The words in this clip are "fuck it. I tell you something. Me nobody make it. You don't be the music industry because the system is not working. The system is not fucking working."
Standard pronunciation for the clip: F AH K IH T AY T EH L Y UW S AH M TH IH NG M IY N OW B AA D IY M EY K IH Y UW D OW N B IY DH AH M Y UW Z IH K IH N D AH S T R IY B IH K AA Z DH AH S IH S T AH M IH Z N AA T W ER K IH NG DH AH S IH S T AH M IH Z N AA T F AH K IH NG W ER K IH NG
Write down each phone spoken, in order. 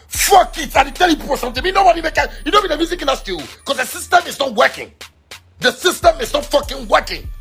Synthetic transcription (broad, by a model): F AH K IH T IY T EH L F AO S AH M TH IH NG M IY N OW B AA D IY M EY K IH Y UW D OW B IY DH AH M Y UW Z IH K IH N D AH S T IY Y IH K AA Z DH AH S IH S T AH M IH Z N AA T W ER K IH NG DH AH S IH S T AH M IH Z N AA T F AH K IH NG W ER K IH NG